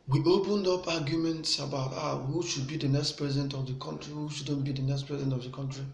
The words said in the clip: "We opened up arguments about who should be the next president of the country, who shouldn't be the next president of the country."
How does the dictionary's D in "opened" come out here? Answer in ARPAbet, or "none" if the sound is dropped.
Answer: D